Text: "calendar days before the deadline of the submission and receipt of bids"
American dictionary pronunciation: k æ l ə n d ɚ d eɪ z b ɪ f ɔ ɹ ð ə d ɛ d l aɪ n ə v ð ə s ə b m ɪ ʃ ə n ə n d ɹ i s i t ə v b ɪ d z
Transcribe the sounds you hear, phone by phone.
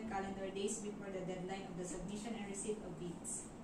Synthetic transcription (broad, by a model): k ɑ l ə n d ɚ d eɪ s b ɪ f ɔ ɹ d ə d ɛ d l aɪ n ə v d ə s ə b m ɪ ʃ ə n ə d ɹ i s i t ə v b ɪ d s